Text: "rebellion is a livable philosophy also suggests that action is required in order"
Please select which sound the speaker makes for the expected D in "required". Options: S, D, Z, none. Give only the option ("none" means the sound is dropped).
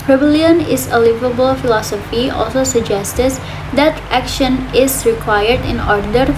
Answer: D